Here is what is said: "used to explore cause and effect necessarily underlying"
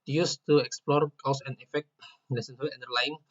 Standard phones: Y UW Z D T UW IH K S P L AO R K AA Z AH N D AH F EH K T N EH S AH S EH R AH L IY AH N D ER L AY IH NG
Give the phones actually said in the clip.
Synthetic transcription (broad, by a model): Y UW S T UW IH K S P L AO R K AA S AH N AH F EH K T L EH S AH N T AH IY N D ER L AY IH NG